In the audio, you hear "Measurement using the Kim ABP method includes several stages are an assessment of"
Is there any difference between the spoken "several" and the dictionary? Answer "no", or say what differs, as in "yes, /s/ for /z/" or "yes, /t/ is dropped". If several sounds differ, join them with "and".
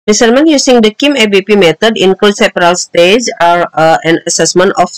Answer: yes, /p/ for /v/